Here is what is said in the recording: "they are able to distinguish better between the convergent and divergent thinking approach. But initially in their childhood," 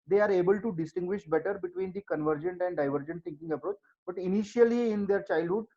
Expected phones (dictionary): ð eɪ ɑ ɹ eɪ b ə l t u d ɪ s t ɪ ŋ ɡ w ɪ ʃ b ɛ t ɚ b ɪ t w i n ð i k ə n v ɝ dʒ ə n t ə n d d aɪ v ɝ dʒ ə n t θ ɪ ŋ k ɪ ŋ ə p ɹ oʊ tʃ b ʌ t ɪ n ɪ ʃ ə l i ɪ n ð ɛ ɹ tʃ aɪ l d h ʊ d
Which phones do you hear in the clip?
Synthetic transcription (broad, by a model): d eɪ ɑ ɹ eɪ b ə l t u d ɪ s t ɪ ŋ ɡ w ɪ ʃ b ɛ t ɚ b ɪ t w i n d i k ə n v ɝ dʒ ə n t ə n d d aɪ v ɝ dʒ ə n t t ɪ ŋ k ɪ ŋ ə p ɹ oʊ tʃ b ʌ t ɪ n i ʃ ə l i ɪ n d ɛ ɹ tʃ aɪ l d h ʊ d